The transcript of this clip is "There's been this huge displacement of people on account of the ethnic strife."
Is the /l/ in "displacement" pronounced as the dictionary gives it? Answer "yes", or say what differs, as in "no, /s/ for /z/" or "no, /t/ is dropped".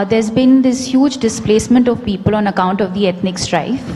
yes